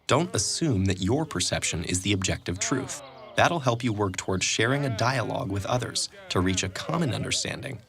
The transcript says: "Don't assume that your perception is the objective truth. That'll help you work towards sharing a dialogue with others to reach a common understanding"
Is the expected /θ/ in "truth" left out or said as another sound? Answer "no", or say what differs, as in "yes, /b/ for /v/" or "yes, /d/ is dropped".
no